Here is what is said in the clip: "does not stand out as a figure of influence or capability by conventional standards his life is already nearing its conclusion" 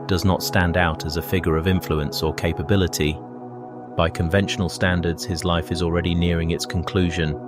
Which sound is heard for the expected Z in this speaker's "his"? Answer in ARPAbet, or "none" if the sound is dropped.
Z